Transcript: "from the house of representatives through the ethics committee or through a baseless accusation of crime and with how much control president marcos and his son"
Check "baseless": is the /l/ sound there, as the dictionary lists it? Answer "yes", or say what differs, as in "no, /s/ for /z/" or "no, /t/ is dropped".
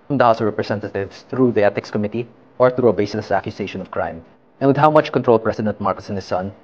no, /l/ is dropped